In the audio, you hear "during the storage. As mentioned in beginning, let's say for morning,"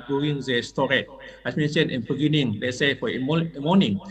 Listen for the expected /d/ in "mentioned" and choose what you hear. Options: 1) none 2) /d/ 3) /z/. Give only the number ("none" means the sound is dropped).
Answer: 1